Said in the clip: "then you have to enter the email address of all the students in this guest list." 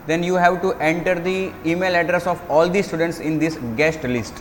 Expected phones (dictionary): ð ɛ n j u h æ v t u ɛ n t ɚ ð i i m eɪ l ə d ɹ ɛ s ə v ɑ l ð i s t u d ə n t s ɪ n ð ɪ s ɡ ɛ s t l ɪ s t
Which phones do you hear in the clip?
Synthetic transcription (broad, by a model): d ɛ n j u h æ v t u ɛ n t ɚ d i i m eɪ l ə d ɹ ɛ s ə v ɑ l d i s t u d ə n t s ɪ n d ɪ s ɡ ɛ s t l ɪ s t